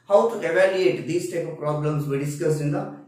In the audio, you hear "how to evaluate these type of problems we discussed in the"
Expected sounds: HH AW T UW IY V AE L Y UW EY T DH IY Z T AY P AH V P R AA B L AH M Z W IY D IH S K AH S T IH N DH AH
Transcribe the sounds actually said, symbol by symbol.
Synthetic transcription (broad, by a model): HH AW T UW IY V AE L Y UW EY T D IY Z T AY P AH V P R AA B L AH M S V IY D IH S K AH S IH N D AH